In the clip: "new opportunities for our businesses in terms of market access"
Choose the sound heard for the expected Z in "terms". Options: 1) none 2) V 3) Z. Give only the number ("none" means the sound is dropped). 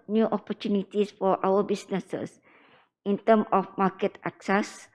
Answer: 1